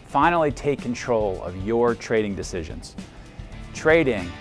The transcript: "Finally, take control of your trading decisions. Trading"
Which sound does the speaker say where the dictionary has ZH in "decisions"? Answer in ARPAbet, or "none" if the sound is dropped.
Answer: ZH